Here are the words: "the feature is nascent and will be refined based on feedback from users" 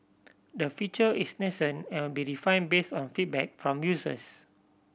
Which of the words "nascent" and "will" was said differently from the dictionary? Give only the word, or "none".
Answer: nascent